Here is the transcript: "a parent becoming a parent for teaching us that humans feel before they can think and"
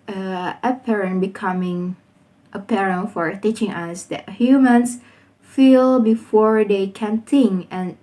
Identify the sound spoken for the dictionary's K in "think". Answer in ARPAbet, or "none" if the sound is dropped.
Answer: none